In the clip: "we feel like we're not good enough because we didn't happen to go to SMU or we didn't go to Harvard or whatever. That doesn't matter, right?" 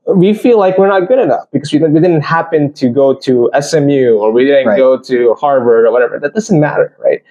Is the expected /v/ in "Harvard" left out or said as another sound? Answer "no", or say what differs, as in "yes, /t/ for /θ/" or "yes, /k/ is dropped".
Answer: no